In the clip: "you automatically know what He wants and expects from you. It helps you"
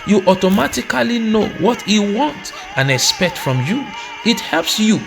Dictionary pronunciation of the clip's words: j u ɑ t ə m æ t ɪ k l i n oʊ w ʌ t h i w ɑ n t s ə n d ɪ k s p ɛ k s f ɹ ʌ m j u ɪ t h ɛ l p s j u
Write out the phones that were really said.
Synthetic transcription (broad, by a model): j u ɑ t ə m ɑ t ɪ k l i n oʊ w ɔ t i w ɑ n t ə n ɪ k s p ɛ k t f ɹ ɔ m j u ɪ t h ɛ l p s j u